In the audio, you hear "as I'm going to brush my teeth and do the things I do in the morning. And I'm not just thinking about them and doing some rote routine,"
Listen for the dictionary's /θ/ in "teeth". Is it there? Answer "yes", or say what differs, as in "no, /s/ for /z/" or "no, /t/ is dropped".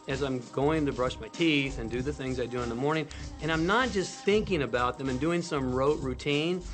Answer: yes